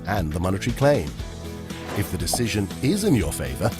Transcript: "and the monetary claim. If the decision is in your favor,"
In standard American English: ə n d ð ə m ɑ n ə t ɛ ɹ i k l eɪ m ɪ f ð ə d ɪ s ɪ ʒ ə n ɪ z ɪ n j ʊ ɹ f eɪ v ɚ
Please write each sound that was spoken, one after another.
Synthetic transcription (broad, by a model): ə n ð ə m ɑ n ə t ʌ ɹ i k l eɪ m ɪ f ð ə d ɪ s ɪ ʒ ə n ɪ z ɪ n j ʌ ɹ f eɪ v ɚ